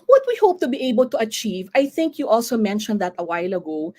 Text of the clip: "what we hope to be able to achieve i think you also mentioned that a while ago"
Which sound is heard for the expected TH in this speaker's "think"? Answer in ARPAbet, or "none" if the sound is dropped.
TH